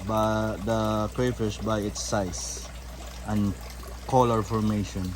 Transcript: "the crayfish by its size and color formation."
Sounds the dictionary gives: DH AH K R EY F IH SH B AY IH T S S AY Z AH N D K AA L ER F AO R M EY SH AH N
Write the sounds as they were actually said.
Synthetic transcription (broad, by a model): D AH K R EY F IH S B AY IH T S S AY S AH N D K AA L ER F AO R M EY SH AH N